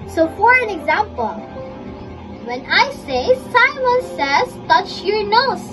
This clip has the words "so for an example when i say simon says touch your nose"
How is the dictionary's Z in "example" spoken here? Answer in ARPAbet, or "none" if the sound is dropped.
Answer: Z